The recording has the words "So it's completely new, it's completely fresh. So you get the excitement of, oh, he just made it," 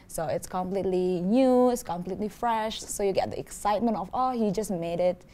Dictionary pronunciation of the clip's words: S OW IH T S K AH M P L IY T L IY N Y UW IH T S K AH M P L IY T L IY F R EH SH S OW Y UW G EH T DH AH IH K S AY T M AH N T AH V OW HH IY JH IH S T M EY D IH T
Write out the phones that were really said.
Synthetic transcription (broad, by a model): S OW IH T S K AH M P L IY T L IY N Y UW IH T S K AH M P L IY T L IY F R EH SH S OW Y UW G EH T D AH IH K S AY T M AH N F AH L HH IY JH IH S M EY D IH T